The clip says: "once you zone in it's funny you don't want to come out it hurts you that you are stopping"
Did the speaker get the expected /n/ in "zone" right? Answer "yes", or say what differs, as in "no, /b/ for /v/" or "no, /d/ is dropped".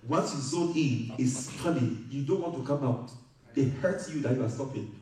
no, /n/ is dropped